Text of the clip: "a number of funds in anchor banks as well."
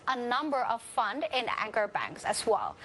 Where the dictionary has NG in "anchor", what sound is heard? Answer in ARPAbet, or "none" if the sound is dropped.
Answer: NG